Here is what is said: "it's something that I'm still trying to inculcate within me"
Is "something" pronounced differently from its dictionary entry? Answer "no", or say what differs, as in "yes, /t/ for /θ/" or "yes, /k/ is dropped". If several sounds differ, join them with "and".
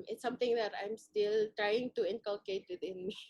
yes, /t/ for /θ/